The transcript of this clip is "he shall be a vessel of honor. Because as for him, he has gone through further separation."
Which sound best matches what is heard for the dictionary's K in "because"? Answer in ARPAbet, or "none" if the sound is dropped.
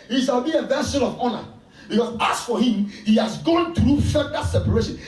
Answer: none